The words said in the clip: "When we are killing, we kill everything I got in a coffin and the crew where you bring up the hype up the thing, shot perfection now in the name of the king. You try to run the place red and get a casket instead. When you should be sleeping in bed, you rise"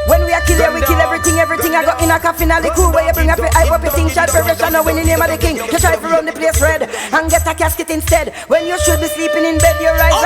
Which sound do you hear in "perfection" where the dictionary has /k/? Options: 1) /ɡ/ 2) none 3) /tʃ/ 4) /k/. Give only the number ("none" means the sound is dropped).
2